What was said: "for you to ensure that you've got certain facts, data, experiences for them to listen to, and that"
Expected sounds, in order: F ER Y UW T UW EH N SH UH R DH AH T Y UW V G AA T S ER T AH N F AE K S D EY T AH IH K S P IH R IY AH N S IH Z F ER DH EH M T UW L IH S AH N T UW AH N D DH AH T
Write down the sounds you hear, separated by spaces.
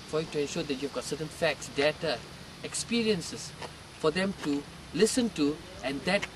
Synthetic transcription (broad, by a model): F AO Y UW T UW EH N SH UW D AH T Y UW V G AA T S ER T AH N F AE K S D EY T AH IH K S P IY R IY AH N S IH S F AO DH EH M T UW L IH S AH N T UW AH N D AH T